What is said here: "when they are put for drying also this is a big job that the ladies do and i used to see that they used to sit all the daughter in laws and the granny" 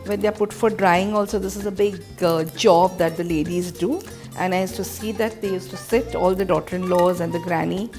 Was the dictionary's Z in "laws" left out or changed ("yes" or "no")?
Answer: no